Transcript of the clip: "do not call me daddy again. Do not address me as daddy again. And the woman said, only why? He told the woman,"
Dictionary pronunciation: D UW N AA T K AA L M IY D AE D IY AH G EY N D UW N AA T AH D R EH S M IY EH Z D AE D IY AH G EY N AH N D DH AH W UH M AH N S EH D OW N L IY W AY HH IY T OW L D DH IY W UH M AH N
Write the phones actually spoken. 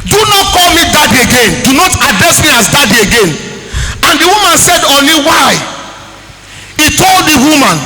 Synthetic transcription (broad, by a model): D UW N AA T K AA L M IY D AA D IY AH G EY N D UW N AA T AH D R EH S M IY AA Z D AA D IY AH G EY N AH N D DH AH W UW M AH N S EH D OW N L IY W AY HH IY T OW L D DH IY W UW M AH N